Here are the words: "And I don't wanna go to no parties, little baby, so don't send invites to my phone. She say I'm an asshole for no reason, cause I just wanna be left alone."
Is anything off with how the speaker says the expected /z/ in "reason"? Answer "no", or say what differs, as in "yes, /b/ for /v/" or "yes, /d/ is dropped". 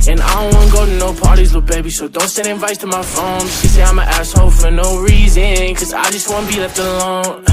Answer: no